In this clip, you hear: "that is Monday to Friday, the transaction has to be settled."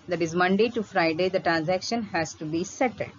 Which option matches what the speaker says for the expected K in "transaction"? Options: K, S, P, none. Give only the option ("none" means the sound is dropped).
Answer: K